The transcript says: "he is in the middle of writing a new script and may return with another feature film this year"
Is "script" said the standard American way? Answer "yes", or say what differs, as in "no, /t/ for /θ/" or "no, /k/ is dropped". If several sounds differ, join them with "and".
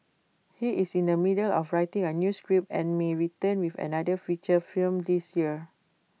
no, /t/ is dropped